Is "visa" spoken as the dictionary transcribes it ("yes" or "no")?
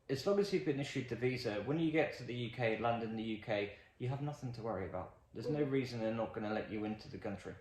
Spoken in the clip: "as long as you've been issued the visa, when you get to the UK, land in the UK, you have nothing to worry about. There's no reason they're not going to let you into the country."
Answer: yes